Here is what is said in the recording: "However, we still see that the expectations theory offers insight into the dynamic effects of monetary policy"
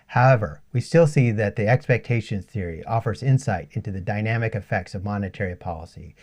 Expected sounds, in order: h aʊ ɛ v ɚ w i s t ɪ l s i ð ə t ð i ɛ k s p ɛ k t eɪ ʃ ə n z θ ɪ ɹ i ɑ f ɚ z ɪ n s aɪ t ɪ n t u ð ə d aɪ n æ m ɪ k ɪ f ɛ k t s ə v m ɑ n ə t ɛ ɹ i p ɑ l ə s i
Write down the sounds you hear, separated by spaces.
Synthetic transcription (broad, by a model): h aʊ ɛ v ɚ w i s t ɪ l s i ð ə t ð i ɛ k s p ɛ k t eɪ ʃ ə n θ ɪ ɹ i ɑ f ɚ z ɪ n s aɪ t ɪ n t u ð ə d aɪ n æ m ɪ k ɪ f ɛ k t s ə v m ɑ n ə t ɛ ɹ i p ɑ l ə s i